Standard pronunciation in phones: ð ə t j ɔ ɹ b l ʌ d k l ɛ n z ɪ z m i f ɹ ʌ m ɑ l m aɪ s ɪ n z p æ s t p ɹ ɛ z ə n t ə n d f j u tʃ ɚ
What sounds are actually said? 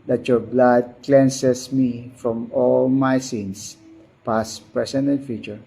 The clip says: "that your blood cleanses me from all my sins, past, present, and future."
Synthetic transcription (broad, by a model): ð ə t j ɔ ɹ b l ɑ d k l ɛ n s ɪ s m i f ɹ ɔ m ɑ l m aɪ s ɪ n s p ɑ s p ɹ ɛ s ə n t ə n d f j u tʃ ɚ